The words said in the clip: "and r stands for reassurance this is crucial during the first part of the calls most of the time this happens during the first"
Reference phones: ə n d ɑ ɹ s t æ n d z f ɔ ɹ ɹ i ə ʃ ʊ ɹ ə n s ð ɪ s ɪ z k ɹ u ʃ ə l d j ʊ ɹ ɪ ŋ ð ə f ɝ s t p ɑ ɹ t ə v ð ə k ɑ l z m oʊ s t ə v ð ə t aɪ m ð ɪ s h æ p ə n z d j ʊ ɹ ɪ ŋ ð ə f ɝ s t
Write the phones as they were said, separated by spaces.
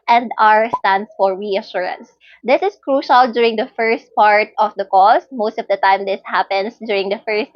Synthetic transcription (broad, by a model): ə n d ɑ ɹ s t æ n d s f ɔ ɹ ɹ i ə ʃ ʊ ɹ ə n s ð ɪ s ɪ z k ɹ u ʃ ə l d j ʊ ɹ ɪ ŋ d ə f ɝ s t p ɑ ɹ t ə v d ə k ɑ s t m oʊ s t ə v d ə t aɪ m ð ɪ s h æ p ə n s d j ʊ ɹ ɪ ŋ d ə f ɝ s t